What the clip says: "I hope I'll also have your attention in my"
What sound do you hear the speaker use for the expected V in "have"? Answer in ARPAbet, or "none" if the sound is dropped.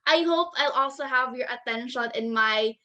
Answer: V